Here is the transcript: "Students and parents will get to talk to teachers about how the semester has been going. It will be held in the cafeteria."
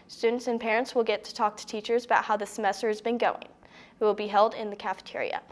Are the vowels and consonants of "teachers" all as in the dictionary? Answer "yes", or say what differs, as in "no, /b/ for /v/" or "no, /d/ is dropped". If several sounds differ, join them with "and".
yes